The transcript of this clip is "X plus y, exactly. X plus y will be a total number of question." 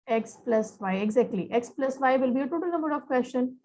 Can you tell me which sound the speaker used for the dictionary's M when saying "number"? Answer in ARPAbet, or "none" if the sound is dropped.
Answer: M